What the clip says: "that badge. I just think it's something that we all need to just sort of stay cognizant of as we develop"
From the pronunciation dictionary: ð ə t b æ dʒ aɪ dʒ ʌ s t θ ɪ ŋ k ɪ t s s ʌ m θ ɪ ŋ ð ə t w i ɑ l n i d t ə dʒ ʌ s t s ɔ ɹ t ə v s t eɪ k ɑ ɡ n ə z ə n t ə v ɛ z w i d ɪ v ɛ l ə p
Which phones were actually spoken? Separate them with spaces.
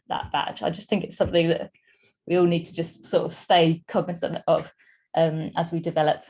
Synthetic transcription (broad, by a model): ð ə t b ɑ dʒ aɪ dʒ ʌ s θ ɪ ŋ k ɪ t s s ʌ m θ ɪ ŋ ð ə t w i ɑ l n i d t ə dʒ ʌ s t s ɔ t ə v s t eɪ k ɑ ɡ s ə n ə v t ə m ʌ z w i d ɪ v ɛ l ə p